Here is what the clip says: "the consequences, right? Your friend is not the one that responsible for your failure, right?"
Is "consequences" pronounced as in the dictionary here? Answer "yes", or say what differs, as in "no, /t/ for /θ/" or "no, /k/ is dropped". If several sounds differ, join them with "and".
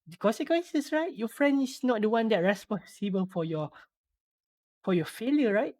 no, /s/ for /z/